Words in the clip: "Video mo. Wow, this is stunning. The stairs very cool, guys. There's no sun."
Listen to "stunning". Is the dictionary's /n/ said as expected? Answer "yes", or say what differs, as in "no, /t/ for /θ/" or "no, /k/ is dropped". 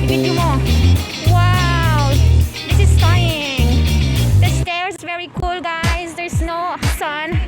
no, /n/ is dropped